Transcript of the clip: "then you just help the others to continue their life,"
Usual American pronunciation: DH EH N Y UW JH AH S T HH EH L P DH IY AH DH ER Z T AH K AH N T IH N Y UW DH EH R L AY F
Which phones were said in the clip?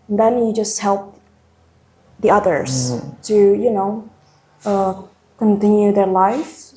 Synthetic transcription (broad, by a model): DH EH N Y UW JH AH S T HH EH L P DH IY AH DH ER Z T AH K AH N T IH N Y UW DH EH R L AY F